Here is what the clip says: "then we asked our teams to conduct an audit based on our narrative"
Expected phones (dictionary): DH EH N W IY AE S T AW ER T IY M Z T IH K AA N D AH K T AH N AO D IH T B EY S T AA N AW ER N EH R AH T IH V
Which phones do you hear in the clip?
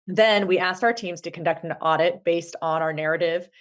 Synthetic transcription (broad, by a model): DH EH N W IY AE S T AW ER T IY M Z T IH K N D AH K T N AO D IH T B EY S T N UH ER N EH R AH T IH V